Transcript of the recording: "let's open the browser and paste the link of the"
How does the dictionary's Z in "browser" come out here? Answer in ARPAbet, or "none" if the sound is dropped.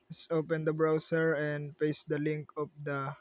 S